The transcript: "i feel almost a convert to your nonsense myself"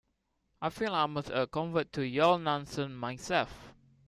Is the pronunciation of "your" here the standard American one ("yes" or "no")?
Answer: no